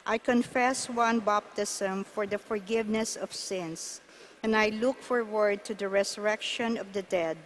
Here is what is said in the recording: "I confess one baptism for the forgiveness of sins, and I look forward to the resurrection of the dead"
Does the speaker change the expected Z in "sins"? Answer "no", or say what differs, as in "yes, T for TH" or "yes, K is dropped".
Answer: yes, S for Z